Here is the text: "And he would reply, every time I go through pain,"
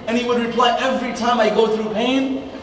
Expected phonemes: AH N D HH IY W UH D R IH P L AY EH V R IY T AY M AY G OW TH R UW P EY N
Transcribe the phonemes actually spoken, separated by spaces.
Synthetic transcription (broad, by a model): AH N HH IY W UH D R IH P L AY EH V R IY T AY M AY G OW TH R UW P EY N